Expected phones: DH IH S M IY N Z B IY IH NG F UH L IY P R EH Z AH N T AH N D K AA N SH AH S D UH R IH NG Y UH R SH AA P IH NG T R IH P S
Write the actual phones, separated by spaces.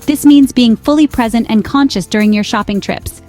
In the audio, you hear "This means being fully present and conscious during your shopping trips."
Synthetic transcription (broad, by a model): DH IH S M IY N Z B IY IH NG F UH L IY P R EH Z AH N T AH N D K AA N SH AH S D UH R IH NG Y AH R SH AA P IH NG T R IH P S